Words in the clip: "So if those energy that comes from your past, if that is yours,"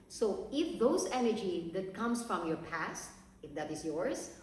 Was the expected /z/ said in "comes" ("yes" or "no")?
no